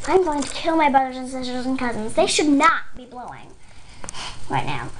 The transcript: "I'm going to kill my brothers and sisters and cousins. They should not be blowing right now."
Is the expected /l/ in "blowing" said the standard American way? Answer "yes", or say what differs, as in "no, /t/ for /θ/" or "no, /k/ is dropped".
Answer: yes